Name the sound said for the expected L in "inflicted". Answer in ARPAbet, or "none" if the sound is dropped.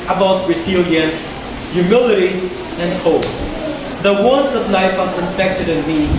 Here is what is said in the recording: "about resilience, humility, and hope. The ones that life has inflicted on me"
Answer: none